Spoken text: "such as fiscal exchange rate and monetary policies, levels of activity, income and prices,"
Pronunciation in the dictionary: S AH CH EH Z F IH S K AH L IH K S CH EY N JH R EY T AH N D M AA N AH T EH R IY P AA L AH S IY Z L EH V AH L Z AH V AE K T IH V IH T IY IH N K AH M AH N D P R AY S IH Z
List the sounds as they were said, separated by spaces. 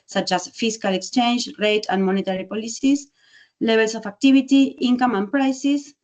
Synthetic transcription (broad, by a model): S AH CH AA S F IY S K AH L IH K S CH EY N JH R EY T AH N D M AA N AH T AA R IY P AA L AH S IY S L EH B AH L S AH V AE K T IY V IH T IY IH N K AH M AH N P R AY S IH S